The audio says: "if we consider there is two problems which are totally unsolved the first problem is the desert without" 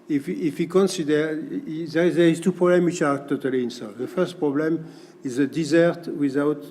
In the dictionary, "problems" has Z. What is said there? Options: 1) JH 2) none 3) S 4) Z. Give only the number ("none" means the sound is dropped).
2